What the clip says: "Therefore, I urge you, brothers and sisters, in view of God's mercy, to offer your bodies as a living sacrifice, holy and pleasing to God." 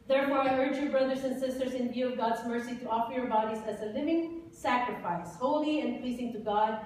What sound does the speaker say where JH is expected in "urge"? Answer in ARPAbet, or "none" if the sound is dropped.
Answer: JH